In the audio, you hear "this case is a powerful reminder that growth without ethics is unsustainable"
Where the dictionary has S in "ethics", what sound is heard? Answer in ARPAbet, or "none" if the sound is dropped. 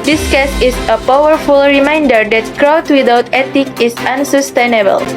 none